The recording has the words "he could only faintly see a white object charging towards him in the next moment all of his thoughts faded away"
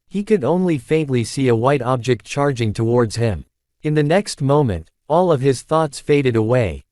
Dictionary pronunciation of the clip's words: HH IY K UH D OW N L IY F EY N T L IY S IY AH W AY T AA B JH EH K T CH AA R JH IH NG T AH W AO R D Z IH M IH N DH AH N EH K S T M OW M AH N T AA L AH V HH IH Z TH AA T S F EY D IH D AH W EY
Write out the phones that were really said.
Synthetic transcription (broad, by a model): HH IY K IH D OW N L IY F EY N T L IY S IY AH W AY T AA B JH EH K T CH AA R JH IH NG T AH W AO R D Z IH M IH N DH AH N EH K S T M OW M AH N T AA L AH V IH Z TH AA T S F EY D IH D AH W EY